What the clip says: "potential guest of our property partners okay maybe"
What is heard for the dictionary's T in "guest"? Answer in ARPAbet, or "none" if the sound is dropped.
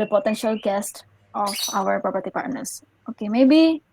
T